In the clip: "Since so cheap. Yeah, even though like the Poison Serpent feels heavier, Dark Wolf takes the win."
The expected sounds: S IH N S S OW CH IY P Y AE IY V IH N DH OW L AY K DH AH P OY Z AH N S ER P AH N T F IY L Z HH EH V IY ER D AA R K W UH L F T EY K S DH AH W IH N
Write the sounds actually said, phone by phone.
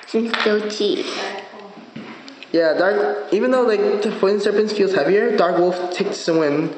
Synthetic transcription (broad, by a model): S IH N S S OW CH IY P Y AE IY V IH N DH OW L AY K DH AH F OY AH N S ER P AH N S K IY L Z HH EH V IY ER D AA R K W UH L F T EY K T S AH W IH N